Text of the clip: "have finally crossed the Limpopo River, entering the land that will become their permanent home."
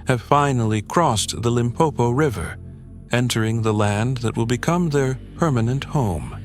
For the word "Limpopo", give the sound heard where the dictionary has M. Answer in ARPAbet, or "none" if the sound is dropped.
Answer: M